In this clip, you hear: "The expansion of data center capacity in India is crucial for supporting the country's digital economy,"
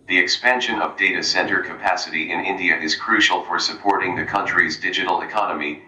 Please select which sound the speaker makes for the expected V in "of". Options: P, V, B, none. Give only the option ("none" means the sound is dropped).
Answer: V